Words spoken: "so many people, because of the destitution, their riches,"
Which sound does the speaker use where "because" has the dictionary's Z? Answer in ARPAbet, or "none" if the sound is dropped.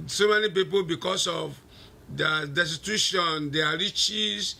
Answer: S